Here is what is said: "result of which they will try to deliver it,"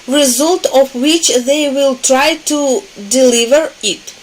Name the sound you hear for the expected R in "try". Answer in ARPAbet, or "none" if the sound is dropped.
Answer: R